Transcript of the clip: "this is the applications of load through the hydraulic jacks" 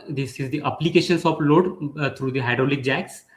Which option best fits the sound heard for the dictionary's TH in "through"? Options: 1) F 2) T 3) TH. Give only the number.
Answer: 2